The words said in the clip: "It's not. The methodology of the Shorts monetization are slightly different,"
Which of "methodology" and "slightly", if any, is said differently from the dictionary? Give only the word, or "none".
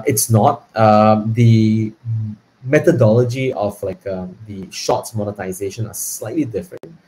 methodology